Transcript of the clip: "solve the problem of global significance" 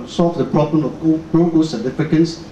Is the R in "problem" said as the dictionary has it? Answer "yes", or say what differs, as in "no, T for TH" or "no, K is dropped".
yes